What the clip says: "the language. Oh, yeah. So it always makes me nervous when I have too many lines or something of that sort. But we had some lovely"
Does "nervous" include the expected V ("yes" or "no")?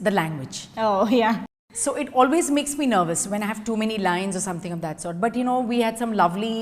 yes